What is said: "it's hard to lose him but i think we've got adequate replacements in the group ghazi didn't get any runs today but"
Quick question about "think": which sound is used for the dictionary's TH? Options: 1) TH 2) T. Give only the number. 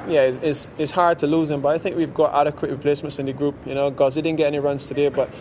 1